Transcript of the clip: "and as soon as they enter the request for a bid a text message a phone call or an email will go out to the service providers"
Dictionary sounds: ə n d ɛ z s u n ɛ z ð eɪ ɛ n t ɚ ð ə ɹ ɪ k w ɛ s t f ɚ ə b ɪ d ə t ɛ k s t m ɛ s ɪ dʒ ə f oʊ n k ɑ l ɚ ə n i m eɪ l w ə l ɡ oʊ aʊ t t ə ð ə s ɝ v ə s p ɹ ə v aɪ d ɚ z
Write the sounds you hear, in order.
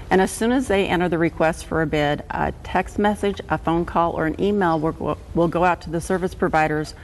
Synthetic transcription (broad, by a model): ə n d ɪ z s u n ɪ z ð eɪ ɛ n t ɚ ð ə ɹ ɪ k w ɛ s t f ɚ ə b ɪ d ə t ɛ k s t m ɛ s ɪ dʒ ə f oʊ n k ɑ l ɚ ə n i m eɪ l w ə l ɡ oʊ aʊ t t ə ð ə s ɝ v ə s p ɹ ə v aɪ d ɚ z